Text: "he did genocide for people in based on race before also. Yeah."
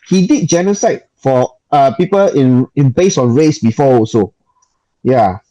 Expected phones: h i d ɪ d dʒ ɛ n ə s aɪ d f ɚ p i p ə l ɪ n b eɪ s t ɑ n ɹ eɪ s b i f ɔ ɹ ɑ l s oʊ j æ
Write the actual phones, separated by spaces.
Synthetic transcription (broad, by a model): h i d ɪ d dʒ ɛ n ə s aɪ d f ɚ p i p ə l ɪ n b eɪ s ɑ n ɹ eɪ s b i f ɔ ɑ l s oʊ j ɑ